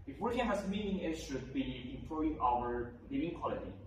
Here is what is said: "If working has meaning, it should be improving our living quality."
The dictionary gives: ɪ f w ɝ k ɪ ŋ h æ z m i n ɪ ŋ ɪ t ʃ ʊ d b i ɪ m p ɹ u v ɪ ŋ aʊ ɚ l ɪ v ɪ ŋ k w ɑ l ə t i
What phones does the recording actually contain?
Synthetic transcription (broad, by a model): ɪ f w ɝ ɪ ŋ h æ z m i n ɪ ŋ ɪ t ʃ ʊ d b i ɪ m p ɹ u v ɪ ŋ aʊ ɚ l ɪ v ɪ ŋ k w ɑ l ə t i